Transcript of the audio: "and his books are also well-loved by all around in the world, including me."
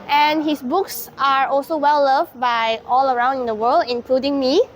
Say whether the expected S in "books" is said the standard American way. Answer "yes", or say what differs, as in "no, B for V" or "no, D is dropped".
yes